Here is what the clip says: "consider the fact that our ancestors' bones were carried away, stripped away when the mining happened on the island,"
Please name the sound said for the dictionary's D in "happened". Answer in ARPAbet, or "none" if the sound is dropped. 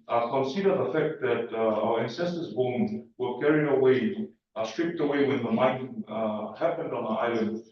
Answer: D